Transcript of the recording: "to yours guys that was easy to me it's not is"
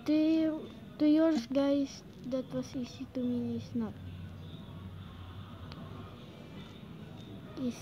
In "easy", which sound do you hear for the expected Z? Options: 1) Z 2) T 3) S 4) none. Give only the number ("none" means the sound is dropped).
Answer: 3